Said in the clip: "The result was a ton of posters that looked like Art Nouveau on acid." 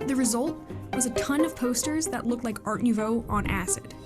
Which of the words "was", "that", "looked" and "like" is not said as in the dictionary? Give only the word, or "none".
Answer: none